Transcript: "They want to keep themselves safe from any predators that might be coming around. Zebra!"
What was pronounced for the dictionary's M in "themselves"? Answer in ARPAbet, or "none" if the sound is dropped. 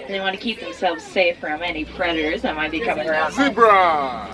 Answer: M